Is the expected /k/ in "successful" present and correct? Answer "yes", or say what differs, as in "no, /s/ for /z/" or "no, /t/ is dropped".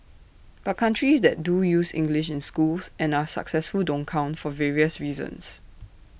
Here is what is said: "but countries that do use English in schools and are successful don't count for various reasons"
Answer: yes